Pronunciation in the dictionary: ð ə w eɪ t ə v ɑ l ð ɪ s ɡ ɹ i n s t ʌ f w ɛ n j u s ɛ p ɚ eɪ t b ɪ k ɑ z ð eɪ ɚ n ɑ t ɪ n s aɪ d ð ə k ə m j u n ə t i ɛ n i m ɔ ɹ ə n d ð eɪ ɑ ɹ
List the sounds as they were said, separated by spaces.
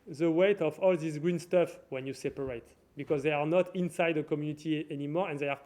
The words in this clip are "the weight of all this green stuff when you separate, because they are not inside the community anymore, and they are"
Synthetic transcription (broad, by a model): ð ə w eɪ t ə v ɑ l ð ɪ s ɡ ɹ i n s t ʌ f w ɛ n j u s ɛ p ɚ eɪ t b ɪ k ɑ z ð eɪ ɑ n ɑ t ɪ n s aɪ d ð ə k ə m j u n ə t i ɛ n i m ɔ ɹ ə n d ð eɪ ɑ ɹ